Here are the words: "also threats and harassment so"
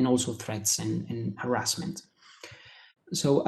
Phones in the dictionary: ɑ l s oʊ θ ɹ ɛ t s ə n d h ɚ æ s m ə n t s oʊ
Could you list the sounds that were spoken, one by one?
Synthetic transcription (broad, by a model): ɑ l s oʊ θ ɹ ɛ t s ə n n h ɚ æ s m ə n t s oʊ